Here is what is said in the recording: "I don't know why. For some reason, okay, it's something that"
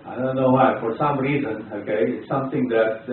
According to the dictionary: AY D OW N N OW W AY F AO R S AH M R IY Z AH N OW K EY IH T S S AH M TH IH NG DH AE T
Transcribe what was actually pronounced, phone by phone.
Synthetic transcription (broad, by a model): AY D OW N N OW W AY F AO R S AH M R IY Z AH N OW K EY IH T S S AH M T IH NG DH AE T